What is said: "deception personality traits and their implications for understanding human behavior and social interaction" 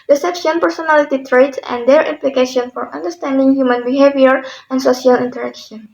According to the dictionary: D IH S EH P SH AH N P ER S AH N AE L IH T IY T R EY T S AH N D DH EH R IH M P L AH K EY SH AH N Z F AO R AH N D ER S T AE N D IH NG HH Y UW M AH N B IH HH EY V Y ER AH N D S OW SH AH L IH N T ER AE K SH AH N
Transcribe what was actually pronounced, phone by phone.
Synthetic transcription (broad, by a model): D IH S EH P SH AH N P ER S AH N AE L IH T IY T R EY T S AH N D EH R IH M P L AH K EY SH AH N F AO R AH N D ER S T AE N D IH NG HH Y UW M AH N B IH HH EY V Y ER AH N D S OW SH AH L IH N T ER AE K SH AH N